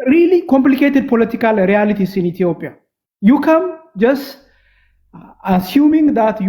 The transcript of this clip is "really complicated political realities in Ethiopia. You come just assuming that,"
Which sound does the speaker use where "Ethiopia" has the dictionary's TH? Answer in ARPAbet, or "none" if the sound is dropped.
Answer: T